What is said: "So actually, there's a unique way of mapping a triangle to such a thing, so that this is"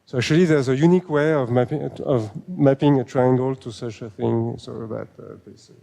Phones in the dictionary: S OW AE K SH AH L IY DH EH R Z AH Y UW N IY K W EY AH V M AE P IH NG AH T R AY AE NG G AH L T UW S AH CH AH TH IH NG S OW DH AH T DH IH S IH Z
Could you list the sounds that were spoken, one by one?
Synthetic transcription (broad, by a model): S OW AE K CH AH L IY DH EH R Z AH Y UW N IY K W EY AH V M AE P IH NG AH T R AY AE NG G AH L T UW S AH CH AH TH IH NG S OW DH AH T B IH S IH